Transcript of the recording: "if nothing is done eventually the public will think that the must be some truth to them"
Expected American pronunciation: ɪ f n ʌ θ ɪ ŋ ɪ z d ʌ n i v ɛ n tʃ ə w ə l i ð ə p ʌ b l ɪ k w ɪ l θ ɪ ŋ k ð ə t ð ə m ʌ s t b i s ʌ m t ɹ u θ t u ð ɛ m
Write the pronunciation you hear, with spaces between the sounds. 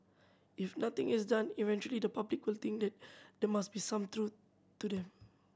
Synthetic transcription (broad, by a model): ɪ f n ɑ t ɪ ŋ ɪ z d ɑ n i v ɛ n tʃ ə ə l i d ə p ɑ b l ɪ k w ɪ l t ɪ ŋ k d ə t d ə m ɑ s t b i s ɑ m t ɹ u t u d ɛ m